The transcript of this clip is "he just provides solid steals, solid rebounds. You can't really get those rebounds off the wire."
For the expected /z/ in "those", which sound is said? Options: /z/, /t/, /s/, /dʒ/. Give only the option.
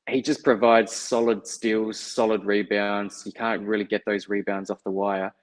/z/